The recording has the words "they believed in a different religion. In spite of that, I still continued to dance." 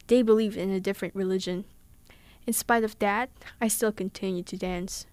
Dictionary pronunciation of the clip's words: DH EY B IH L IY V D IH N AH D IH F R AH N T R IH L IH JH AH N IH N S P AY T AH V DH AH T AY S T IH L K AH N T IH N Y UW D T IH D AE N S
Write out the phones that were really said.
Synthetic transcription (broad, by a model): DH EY B IH L IY V D IH N AH D IH F R AH N T R IH L IH JH AH N IH N S P AY T AH V DH AH T AY S T IH L K AH N T IH N Y UW D T IH D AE N S